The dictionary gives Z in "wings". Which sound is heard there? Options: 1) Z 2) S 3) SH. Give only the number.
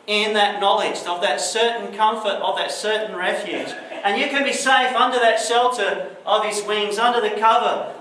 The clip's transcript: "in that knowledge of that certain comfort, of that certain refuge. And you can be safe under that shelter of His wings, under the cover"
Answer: 1